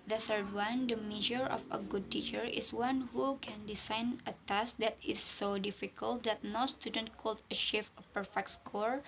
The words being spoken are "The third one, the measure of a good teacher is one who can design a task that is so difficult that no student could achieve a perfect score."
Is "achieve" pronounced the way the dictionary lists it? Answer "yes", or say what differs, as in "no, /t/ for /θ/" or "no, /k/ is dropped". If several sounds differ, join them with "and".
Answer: no, /ʃ/ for /tʃ/